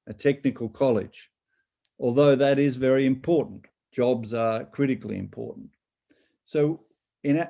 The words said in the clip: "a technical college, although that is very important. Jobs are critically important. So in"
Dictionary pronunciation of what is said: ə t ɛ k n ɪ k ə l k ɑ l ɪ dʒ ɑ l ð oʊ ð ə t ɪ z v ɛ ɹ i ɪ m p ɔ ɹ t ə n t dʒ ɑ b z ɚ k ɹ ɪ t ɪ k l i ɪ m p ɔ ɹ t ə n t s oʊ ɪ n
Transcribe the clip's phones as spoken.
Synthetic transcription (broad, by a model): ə t ɛ k n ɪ k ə l k ɑ l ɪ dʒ ɑ l ð oʊ ð ə t ɪ z v ɛ ɹ i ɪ m p ɔ ɹ t n t dʒ ɑ b z ɚ k ɹ ɪ t ɪ k l i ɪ m p ɔ ɹ t n t s oʊ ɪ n